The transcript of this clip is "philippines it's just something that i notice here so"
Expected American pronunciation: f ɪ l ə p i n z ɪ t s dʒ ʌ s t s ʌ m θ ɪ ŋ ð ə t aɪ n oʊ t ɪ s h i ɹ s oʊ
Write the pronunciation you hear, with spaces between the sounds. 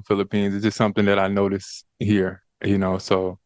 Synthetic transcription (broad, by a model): f ɪ l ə p i n z ɪ t s dʒ ʌ s t s ʌ m θ ɪ ŋ ð ə t aɪ n oʊ t ɪ s h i ɹ s oʊ